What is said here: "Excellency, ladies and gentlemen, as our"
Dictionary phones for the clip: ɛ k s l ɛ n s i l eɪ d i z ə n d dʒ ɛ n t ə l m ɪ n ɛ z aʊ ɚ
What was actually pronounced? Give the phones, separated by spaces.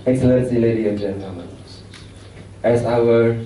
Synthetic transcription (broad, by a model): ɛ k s l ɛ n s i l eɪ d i ə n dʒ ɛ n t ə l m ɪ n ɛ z aʊ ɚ